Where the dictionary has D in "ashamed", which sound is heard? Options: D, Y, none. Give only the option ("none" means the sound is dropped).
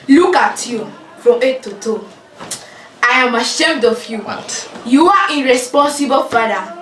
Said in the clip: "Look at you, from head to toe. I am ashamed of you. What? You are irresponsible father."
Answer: D